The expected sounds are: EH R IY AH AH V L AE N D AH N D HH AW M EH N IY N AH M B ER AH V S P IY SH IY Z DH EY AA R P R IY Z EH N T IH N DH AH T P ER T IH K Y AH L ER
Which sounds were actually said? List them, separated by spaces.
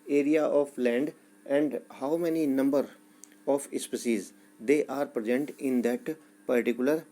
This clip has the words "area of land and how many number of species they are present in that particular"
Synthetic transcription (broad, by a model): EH R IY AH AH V L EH N D AH N D HH AW M EH N IY N AH M B ER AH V S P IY S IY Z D EY AA R P R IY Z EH N T IH N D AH T P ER T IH K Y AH L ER